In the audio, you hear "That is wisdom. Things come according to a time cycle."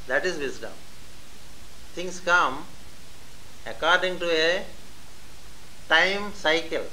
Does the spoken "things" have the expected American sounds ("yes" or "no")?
no